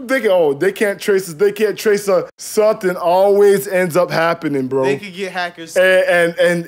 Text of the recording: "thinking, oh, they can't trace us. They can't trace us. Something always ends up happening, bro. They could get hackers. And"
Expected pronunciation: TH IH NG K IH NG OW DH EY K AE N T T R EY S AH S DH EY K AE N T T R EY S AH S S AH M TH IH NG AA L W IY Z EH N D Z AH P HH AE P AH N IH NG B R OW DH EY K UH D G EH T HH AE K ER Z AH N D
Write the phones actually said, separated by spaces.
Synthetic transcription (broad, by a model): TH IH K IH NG OW DH EY K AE N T T R EY S AH S DH EY K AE N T T R EY S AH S S AH M TH IH NG AA L W IY Z EH N D Z AH P HH AE P AH N IH NG B R OW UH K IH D G EH T HH AE K ER Z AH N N